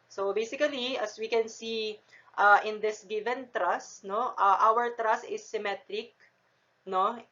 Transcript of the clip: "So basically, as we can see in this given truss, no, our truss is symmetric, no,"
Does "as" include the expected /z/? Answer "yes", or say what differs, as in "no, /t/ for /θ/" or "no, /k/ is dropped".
no, /s/ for /z/